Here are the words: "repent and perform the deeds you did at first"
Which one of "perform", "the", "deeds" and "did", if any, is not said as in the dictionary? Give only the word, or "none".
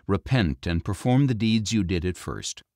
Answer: none